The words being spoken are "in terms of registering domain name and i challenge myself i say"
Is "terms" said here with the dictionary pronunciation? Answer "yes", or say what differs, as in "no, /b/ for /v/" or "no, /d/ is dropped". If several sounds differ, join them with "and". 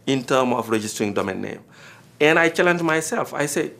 no, /z/ is dropped